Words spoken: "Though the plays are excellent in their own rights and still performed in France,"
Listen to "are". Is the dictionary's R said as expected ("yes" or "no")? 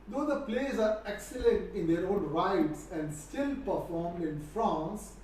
yes